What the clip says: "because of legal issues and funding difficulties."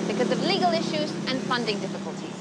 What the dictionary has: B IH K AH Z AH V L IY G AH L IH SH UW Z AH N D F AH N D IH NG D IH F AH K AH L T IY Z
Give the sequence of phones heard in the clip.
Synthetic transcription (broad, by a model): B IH K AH Z AH V L IY G AH L IH SH UW Z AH N F AH N D IH NG D IH F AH K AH L T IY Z